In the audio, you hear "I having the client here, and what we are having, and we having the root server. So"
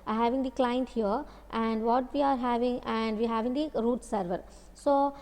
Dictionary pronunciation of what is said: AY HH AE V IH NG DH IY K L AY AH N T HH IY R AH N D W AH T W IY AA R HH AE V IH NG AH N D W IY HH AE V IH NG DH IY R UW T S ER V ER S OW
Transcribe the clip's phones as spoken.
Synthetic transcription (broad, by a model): HH AE V IH NG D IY K L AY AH N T HH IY R AH N D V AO T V IY AA R HH AE V IH NG AH N D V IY HH AE V IH NG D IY R UW T S ER V ER S OW